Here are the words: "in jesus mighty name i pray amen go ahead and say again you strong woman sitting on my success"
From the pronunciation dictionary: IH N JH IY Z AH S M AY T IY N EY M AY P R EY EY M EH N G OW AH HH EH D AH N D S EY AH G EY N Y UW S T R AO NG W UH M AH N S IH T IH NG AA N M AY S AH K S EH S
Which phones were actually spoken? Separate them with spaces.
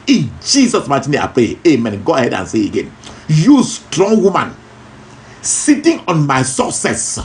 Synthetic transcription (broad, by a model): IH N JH IY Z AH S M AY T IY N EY AY P R EY EY M EH N G OW AH HH EH D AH N S EY AH G EY N Y UW S T R AO NG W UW M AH N S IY T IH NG AA N M AY S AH S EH S